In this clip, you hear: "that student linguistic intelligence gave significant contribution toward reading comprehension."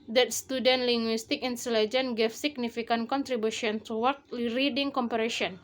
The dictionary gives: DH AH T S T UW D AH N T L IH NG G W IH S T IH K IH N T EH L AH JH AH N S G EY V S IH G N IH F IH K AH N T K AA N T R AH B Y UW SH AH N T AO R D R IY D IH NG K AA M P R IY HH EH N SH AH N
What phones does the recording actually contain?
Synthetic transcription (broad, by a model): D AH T S T UW D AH N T L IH NG G W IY S T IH K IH N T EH L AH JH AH N G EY F S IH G N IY F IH K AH N K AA N T R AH B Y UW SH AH N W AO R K R IY D IH NG K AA M P R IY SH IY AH N